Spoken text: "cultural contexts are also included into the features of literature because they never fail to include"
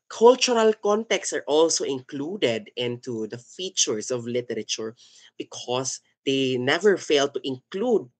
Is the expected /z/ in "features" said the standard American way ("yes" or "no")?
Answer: no